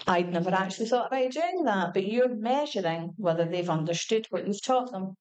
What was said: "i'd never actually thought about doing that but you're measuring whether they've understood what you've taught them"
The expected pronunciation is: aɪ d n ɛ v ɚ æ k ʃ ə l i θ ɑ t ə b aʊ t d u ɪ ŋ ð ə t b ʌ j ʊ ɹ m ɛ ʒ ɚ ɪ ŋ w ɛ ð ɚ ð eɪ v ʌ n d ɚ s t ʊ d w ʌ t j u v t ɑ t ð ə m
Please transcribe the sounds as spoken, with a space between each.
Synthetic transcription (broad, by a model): aɪ d n ɛ v ɚ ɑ k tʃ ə l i θ ɑ t ə b aʊ t d u ɪ ŋ ð ə t b ʌ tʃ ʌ ɹ m ɛ ʒ ɚ ɪ ŋ w ɛ ð ɚ ð eɪ v ʌ n d ɚ s t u d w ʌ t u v t ɑ t ð ə m